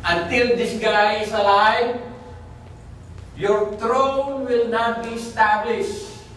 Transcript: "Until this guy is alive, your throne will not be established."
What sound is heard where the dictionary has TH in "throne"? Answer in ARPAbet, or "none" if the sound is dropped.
T